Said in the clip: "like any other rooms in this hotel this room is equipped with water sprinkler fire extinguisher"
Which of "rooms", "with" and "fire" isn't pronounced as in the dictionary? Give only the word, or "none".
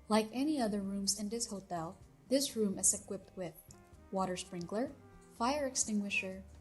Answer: none